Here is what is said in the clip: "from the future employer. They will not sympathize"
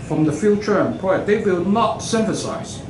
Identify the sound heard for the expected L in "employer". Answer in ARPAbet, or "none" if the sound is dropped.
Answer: none